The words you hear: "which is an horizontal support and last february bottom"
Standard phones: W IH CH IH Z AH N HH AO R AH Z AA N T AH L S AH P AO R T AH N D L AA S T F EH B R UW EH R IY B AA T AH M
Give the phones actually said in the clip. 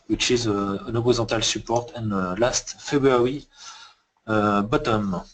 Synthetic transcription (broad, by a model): W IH CH IH Z AH N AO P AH Z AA T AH L S AH P AO R T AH N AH L AA S T F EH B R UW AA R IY B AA T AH M